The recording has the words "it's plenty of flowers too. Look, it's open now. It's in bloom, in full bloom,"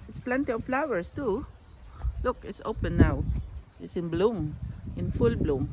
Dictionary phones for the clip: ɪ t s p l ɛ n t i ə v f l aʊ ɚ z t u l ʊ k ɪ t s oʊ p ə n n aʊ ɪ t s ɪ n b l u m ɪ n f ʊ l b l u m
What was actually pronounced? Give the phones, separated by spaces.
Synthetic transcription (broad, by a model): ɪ t s p l ɛ n t i ə v f l aʊ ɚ s t u l ʊ k ɪ t s oʊ p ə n n aʊ ɪ t s ɪ n b l u m ɪ n f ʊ l b l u m